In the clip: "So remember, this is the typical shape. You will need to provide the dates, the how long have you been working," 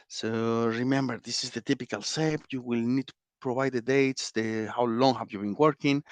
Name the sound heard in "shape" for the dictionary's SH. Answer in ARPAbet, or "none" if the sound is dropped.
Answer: S